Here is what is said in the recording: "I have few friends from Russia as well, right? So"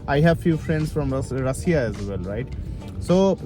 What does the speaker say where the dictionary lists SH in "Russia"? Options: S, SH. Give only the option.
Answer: S